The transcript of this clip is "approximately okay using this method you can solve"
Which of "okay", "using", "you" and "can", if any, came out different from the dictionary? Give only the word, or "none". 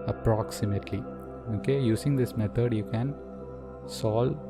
using